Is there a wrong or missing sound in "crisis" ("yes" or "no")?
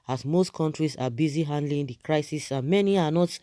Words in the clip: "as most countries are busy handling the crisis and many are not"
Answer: no